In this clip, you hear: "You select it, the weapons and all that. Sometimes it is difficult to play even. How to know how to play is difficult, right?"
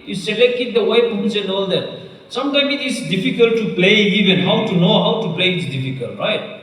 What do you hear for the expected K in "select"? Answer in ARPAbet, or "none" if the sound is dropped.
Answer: K